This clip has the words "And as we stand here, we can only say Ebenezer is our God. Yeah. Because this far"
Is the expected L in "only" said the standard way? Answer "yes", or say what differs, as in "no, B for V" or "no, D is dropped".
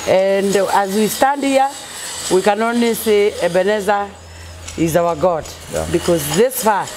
no, L is dropped